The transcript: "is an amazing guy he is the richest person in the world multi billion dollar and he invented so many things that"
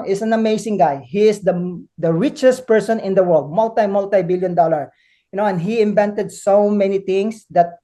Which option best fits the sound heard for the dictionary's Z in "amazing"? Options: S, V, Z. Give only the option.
S